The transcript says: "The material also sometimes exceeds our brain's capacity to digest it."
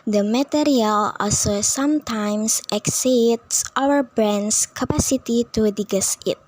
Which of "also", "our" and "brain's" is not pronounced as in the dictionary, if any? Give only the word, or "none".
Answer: brain's